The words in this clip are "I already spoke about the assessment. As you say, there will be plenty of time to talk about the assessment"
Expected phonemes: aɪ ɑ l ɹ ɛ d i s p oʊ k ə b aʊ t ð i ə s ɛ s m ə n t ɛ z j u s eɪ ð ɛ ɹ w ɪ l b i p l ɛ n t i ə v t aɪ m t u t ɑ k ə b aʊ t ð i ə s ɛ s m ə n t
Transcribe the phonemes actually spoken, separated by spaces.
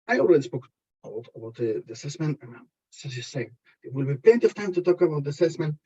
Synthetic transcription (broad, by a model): aɪ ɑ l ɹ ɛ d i s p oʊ k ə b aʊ t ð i ə s ɛ s m ə n t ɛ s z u s eɪ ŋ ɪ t w ɪ l b i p ɛ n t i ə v t aɪ m t u t ɑ k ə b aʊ t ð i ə s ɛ s m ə n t